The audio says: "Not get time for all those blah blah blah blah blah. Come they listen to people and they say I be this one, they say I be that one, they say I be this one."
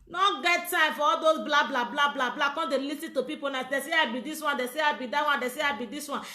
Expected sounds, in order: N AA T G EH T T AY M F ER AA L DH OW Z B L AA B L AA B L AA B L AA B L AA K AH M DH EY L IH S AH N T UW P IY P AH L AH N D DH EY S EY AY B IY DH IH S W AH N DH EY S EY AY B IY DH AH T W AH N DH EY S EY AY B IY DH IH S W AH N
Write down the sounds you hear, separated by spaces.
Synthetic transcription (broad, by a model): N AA G EH T T AY M F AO AA L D OW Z B L AA B L AA B L AA B L AA B L AA K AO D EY L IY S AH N T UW P IY P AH N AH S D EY S EY AY B IY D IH S W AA N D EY S EY AY B IY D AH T W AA N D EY S EY AY B IY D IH S W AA N